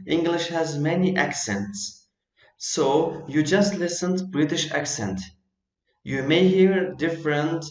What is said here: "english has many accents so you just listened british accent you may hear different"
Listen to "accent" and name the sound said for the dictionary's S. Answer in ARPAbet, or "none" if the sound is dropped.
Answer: S